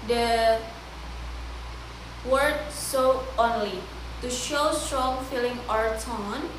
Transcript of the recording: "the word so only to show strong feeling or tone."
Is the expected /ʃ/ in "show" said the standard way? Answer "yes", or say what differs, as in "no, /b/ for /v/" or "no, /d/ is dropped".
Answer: yes